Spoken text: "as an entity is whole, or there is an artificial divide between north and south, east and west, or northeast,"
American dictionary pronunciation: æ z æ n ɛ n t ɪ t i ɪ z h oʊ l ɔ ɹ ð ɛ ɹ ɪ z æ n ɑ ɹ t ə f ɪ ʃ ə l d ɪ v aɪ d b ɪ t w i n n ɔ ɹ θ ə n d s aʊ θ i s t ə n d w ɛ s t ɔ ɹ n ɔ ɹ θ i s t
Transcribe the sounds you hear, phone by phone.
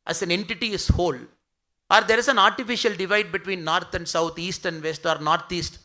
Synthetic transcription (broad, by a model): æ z æ n ɛ n t ɪ t i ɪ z h oʊ l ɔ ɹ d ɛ ɹ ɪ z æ n ɑ ɹ t ə f ɪ ʃ ə l d ɪ v aɪ d b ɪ t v i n n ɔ ɹ t ə n d s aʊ t i s t ə n d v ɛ s t ɔ ɹ n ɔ ɹ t i s t